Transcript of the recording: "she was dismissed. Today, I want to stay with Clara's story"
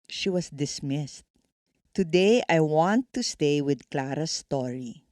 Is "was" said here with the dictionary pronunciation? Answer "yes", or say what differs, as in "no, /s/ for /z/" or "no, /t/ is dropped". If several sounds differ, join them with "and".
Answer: no, /s/ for /z/